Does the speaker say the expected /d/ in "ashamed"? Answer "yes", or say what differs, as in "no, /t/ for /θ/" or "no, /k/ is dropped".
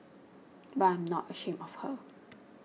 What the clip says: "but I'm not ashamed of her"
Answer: no, /d/ is dropped